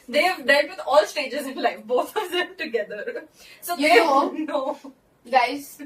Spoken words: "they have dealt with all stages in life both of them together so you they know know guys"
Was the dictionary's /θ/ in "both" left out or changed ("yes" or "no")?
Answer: yes